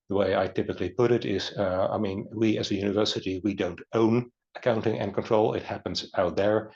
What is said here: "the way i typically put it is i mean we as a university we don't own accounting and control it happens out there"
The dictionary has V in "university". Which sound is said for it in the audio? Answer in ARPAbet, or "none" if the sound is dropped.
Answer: V